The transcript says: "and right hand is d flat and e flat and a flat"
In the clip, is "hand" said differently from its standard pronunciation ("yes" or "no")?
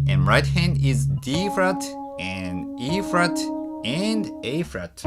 no